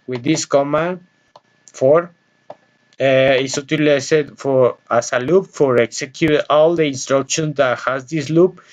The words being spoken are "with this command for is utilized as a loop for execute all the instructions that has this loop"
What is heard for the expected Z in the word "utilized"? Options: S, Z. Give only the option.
S